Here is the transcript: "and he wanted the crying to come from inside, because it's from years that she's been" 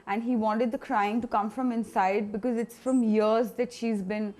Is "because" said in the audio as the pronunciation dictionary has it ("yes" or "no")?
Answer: yes